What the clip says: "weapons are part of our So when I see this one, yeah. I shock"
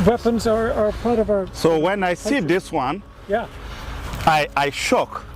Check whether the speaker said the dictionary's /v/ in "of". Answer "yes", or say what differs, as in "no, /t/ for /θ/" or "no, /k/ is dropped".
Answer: yes